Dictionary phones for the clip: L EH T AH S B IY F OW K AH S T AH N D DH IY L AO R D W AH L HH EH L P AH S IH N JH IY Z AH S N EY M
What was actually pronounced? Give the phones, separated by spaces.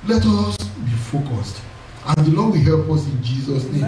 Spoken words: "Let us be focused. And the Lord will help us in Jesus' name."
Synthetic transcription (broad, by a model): L EH T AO S B IY F OW K AH S T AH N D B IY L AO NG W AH HH EH L P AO S IH N JH IY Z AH S N EY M